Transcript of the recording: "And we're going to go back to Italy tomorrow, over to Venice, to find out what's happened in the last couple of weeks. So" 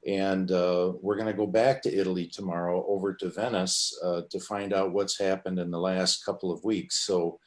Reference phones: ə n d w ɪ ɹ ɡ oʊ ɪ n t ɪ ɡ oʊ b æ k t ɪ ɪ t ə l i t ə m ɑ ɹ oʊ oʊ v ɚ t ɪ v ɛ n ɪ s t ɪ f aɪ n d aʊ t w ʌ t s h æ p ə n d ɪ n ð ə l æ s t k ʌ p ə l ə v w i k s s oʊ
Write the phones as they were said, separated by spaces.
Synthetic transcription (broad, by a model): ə n w ɪ ɹ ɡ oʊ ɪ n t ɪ ɡ oʊ b æ k t ɪ ɪ t l i t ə m ɑ ɹ oʊ oʊ v ɚ t ɪ v ɛ n ɪ s t ɪ f aɪ n d aʊ t w ʌ t s h æ p ə n d ɪ n ð ə l æ s t k ʌ p l ə v w i k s s oʊ